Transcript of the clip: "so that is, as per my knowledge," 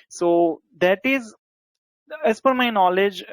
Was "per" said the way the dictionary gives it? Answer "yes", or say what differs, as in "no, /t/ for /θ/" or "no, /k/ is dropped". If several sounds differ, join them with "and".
no, /f/ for /p/